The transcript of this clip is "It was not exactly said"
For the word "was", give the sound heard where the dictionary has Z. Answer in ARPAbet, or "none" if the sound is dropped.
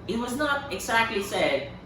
Z